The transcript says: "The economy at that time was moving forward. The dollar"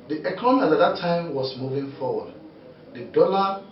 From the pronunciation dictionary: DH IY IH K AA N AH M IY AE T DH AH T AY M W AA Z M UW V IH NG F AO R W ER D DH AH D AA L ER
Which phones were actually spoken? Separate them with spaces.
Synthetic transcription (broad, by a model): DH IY IH K AA N AH M IY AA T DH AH T AY M W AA S M UW V IH NG F AO W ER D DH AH D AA L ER